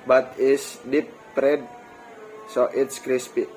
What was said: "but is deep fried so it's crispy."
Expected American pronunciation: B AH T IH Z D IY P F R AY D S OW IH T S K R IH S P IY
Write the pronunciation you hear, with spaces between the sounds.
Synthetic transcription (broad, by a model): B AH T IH S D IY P P R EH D S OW IH T S K R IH S P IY